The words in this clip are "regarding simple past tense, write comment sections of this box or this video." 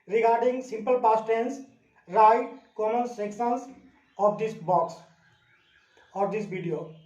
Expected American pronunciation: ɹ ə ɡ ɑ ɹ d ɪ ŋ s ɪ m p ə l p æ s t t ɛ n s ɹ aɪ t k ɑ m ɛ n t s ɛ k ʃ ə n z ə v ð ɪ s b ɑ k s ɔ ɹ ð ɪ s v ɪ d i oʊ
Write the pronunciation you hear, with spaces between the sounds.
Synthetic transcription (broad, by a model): ɹ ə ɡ ɑ ɹ d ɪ ŋ s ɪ m p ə l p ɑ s t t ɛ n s ɹ aɪ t k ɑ m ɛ n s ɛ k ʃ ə n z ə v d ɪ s b ɑ k s ɔ ɹ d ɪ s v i d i oʊ